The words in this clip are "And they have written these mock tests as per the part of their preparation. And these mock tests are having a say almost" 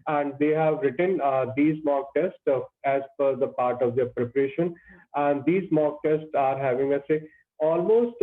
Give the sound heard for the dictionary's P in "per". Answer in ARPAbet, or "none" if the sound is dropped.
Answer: F